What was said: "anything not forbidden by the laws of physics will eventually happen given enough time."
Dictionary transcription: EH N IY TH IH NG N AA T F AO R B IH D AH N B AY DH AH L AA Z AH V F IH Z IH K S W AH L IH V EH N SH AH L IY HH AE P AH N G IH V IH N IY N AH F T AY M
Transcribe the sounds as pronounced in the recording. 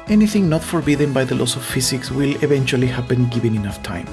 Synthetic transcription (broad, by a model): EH N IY TH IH NG N AA T F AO R B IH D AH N B AY DH AH L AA S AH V F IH S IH K S W AH L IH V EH N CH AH L IY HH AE P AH N G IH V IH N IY N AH F T AY M